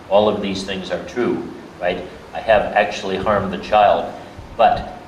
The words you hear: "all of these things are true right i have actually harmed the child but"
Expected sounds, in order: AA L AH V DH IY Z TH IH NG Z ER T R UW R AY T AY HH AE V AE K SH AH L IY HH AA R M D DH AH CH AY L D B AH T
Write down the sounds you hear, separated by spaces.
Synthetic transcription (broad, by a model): AA L AH V DH IY Z TH IH NG Z ER T R UW R AY T AY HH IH V AE K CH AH L IY HH AA R M DH AH CH AY L D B AH T